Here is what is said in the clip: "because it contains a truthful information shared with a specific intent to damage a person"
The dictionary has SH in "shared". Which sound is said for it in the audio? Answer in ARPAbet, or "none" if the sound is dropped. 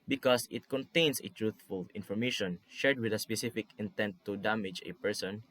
SH